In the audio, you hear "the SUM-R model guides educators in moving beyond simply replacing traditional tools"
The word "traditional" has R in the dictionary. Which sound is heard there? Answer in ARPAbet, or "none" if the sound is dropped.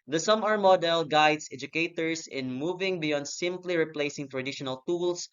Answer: R